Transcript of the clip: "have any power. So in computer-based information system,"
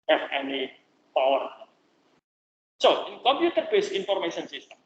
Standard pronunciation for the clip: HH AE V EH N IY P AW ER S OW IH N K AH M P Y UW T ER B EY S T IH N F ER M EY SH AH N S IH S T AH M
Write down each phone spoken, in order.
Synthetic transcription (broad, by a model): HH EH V EH N IY P AW ER S OW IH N K AH M P Y UW T ER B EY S IH N F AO M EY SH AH N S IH S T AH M